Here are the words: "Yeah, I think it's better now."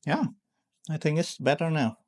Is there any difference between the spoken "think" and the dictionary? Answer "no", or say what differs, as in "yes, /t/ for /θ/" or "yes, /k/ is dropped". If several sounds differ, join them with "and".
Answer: no